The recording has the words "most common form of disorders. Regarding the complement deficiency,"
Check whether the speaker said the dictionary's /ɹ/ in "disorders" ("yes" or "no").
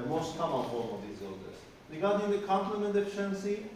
no